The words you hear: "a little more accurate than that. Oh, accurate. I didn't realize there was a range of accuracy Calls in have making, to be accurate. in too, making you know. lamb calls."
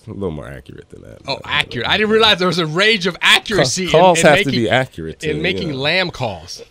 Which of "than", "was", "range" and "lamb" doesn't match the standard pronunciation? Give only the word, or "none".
range